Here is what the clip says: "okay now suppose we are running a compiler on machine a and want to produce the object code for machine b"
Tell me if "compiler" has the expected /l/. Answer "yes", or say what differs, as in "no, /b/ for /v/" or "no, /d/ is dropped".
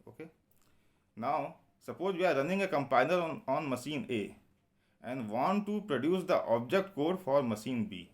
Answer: no, /n/ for /l/